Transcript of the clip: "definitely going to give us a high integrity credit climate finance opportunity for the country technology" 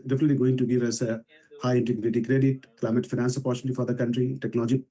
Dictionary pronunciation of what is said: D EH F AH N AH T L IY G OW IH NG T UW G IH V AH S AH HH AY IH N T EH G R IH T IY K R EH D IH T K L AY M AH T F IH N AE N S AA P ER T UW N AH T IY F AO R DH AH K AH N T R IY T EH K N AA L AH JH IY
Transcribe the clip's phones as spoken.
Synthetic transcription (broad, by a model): D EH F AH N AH T L IY G OW IH NG T UW G IH V AH S AH HH AY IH N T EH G R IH T IY K R EH D IH T K L AY M AH T F IH N AE N S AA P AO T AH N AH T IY F AO R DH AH K AH N T R IY T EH K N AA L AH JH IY